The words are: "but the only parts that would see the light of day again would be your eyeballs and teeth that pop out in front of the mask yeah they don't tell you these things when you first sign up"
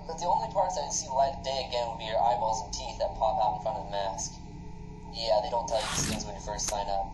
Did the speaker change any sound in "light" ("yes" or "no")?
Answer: yes